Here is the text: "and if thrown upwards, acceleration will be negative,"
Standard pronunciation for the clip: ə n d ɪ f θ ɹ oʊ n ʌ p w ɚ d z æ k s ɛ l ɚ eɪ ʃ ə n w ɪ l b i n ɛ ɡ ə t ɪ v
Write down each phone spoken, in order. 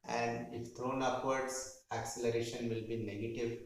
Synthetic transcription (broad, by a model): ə n d ɪ f t ɹ oʊ n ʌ p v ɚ d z æ k s ɛ l ɚ eɪ ʃ ə n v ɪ l b i n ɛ ɡ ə t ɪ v